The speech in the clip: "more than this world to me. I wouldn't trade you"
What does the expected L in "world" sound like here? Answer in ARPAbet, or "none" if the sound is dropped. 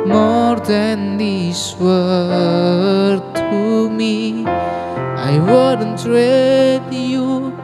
none